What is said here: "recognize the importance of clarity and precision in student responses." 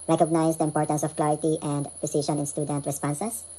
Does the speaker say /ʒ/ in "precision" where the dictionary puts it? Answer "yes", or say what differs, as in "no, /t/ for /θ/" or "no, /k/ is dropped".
no, /ʃ/ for /ʒ/